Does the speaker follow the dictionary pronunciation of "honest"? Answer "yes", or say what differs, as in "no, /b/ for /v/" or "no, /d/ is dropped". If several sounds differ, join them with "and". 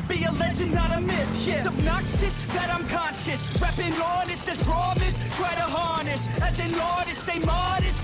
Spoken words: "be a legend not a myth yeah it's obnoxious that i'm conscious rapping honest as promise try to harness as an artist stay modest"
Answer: no, /t/ is dropped